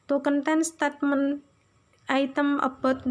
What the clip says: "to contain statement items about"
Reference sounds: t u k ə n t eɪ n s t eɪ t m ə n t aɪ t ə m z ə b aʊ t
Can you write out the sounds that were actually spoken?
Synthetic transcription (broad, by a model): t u k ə n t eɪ n s t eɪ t m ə n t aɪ t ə m ə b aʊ t